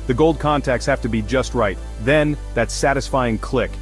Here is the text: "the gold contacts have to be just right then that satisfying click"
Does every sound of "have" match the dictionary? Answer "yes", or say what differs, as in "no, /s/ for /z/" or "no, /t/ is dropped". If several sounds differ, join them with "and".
no, /f/ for /v/